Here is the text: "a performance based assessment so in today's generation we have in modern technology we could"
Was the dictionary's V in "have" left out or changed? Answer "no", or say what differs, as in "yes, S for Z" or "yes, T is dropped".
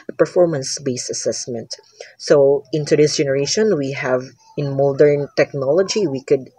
no